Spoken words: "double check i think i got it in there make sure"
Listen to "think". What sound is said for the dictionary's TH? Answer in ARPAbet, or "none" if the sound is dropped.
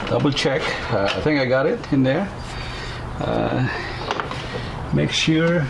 TH